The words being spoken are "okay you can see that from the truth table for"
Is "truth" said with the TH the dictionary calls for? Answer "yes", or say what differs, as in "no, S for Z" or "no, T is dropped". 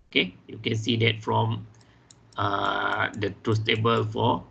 no, S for TH